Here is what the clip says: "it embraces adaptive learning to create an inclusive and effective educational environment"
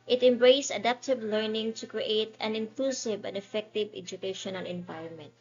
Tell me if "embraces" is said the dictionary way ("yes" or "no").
no